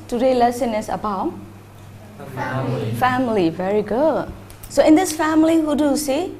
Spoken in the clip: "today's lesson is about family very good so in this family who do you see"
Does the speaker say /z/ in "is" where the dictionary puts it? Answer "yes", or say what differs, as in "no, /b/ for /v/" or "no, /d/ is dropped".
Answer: no, /s/ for /z/